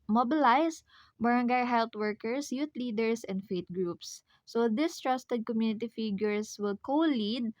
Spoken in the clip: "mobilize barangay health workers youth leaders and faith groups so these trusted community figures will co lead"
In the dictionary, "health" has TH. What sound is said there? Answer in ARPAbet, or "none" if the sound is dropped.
T